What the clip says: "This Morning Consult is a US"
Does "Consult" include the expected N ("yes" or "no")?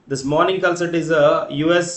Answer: no